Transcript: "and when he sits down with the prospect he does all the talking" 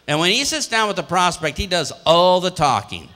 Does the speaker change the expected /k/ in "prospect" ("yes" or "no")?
no